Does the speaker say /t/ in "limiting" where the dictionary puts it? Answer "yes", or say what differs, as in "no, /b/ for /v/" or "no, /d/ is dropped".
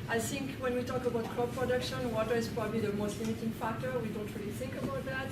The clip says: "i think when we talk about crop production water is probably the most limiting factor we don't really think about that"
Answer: yes